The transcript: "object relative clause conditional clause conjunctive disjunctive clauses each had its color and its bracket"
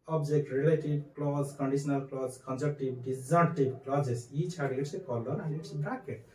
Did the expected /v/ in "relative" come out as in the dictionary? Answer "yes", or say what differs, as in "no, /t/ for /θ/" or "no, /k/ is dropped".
no, /b/ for /v/